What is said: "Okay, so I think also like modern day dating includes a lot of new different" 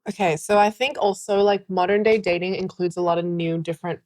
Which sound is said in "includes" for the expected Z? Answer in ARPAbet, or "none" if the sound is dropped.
Z